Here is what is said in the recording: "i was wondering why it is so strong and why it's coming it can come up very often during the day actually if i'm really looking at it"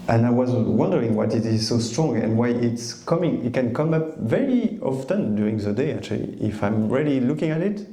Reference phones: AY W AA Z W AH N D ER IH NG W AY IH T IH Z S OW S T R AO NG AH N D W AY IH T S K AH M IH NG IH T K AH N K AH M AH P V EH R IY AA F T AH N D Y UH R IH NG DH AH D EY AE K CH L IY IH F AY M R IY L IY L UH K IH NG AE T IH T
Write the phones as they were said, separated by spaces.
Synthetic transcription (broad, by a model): AY W AA Z W AH N D ER IH NG W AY IH T IH Z S OW S T R AO NG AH N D W AY IH T S K AH M IH NG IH T K AH N K AH M AH P V EH R IY AA F T AH N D Y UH R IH NG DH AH D EY AE K CH L IY IH F AY M R IY L IY L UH K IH NG AE T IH T